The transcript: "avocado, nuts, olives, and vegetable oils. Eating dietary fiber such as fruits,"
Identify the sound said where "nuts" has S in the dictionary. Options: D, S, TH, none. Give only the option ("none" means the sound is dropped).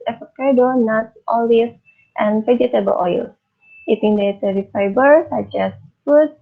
none